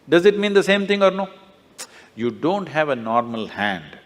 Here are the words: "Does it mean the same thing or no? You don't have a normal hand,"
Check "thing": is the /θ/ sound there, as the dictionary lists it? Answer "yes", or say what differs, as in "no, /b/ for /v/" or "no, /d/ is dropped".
no, /t/ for /θ/